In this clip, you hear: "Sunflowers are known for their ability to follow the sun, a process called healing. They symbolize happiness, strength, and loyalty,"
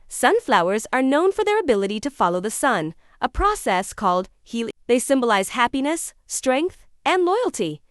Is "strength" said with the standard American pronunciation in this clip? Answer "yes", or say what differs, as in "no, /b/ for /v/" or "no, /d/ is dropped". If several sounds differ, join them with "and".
yes